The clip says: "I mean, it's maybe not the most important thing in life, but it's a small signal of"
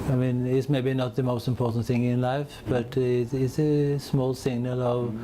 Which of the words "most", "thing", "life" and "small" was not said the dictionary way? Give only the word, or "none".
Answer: none